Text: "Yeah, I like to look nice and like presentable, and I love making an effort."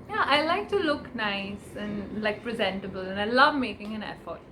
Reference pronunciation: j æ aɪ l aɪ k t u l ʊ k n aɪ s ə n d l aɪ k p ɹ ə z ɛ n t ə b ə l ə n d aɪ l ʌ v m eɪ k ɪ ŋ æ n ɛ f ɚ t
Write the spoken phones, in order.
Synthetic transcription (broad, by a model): j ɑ aɪ l aɪ k t u l ʊ k n aɪ s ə n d l aɪ k p ɹ ə z ɛ n t ə b ə l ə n aɪ l ʌ v m eɪ k ɪ ŋ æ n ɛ f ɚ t